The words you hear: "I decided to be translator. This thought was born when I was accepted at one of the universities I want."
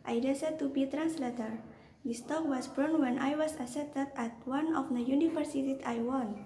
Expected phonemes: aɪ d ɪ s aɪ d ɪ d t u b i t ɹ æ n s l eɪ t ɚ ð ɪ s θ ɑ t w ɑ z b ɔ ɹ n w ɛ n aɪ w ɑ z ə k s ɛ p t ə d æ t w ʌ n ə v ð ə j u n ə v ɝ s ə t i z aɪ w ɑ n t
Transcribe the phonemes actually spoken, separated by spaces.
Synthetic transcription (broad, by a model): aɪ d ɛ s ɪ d t u b i t ɹ æ n s l eɪ t ɚ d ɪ s t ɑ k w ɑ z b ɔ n w ɛ n aɪ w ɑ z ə s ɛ t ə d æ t w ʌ n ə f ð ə j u n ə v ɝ s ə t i s aɪ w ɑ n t